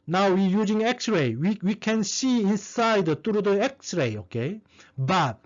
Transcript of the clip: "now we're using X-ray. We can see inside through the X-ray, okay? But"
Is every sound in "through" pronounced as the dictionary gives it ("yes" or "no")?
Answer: no